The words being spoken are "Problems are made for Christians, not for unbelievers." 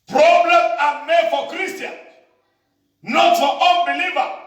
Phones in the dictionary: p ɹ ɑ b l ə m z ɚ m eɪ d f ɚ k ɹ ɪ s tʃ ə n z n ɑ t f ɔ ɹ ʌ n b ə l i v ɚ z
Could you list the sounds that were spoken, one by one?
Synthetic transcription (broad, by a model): p ɹ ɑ b l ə m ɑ m eɪ d f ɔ k ɹ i s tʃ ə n n ɑ t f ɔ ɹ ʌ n b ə l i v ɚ